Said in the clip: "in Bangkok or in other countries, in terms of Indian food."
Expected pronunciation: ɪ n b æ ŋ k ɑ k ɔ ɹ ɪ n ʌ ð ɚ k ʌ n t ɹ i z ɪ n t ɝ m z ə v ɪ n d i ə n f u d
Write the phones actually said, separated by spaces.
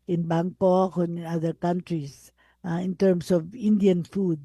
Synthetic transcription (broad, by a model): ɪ n b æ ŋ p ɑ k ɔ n ɪ n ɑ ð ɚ k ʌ n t ɹ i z ɪ n t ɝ m s ə v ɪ n d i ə n f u d